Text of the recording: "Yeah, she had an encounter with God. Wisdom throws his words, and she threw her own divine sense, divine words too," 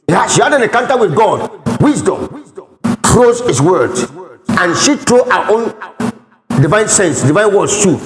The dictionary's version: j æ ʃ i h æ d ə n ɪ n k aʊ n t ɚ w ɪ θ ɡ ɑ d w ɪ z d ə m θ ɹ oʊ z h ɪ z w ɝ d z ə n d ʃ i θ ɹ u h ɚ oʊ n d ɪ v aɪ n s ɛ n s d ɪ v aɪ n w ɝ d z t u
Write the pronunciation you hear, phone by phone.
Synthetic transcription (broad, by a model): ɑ ʃ i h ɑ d ə n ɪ k aʊ n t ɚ w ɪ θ ɡ ɑ d w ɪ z d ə m t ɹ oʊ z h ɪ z w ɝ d ə n ʃ i t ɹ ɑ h oʊ n d ɪ v aɪ n s ɛ n s d ɪ v aɪ n w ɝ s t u